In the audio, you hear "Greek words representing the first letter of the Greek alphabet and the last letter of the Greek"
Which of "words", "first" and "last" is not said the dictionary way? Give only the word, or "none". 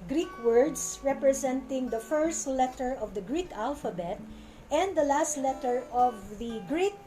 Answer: words